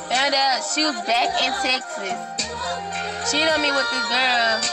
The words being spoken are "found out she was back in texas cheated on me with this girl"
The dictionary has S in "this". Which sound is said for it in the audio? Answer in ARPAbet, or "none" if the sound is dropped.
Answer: none